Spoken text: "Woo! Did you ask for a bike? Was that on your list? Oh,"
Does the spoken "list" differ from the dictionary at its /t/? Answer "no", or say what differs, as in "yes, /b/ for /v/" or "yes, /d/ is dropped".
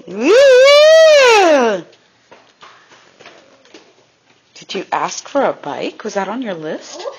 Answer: no